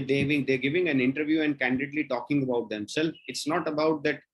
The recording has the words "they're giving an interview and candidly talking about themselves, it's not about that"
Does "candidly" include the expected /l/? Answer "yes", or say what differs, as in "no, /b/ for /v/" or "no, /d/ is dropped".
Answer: yes